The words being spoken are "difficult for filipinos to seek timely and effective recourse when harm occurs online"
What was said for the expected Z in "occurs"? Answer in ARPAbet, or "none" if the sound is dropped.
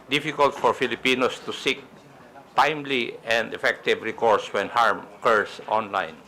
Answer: S